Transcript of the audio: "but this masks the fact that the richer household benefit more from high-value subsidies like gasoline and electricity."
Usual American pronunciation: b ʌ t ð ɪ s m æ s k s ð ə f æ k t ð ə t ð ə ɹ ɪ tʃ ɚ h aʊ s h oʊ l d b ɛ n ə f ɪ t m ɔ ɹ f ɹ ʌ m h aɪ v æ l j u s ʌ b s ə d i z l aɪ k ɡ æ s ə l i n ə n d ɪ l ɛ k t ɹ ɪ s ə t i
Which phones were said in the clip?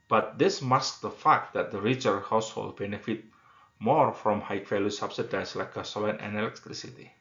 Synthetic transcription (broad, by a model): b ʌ t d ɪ s m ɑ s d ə f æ k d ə t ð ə ɹ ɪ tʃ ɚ h aʊ s h oʊ l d b ɛ n ə f ɪ t m ɔ ɹ f ɹ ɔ m h aɪ f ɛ l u s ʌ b s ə d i s l aɪ k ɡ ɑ s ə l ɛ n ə n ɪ l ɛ k t ɹ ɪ s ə t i